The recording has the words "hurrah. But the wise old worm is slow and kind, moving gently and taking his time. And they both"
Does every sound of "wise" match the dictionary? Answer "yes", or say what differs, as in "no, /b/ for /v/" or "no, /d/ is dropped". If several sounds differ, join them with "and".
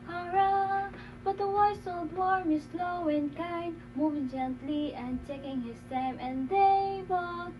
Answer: no, /s/ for /z/